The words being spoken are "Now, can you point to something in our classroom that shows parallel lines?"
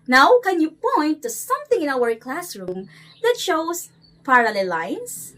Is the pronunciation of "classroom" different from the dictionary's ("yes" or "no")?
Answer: no